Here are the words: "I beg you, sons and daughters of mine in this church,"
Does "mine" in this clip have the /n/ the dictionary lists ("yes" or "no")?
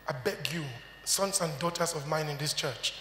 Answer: yes